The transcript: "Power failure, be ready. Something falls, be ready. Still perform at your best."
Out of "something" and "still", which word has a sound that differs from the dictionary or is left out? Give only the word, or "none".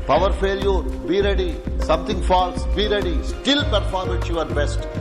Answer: something